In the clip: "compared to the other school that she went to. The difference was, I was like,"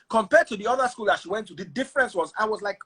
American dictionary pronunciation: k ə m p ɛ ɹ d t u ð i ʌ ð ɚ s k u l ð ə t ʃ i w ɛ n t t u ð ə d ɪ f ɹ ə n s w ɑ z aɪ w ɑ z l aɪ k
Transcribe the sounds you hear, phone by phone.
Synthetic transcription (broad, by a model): k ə m p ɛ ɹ d t u ð i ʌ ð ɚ s k u l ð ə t ʃ i w ɛ n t t u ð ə d ɪ f ɹ ə n s w ɑ z aɪ w ɑ z l aɪ k